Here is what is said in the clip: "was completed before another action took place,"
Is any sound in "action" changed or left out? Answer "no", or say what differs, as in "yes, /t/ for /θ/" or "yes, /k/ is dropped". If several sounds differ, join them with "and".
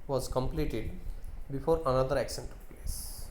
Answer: yes, /s/ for /ʃ/